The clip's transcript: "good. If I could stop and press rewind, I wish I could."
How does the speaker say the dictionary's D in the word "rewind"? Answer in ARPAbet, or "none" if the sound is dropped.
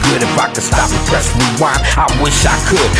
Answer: none